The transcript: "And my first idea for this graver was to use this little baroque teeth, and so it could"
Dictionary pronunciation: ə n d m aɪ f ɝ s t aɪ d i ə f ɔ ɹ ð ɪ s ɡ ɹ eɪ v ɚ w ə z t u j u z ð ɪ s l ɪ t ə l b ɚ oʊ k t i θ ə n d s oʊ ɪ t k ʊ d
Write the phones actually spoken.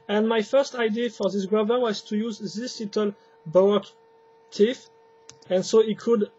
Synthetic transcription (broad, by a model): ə n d m aɪ f ɝ s t aɪ d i f ɔ ɹ ð ɪ s ɡ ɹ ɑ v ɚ w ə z t u j u z ð ɪ s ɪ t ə l b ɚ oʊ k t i f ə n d s oʊ ɪ t k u d